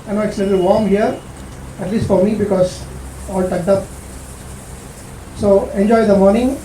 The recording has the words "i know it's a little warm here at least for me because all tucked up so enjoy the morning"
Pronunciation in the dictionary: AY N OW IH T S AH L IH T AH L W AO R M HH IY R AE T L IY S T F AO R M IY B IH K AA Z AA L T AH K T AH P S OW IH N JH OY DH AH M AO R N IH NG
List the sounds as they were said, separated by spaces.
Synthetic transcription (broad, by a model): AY N OW IH T S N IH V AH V AO R M HH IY R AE T L IY S T F AO R M IY B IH K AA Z AA L T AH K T AH P S OW IH N JH OY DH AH M AO R N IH NG